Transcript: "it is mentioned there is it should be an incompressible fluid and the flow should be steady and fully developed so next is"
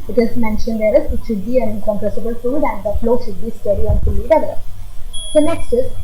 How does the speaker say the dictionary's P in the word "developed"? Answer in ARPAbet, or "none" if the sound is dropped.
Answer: none